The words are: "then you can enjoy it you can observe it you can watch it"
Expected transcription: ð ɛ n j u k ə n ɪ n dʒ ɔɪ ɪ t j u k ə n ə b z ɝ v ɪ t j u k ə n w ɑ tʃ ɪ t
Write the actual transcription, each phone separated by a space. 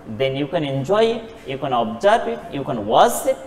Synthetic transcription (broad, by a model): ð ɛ n j u k ə n ɪ n dʒ ɔɪ ɪ t j u k ə n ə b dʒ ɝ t ɪ t j u k ə n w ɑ s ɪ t